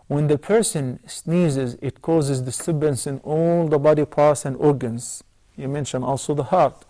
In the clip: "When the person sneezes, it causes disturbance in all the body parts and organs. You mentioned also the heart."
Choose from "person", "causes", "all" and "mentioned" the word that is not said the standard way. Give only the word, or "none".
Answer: mentioned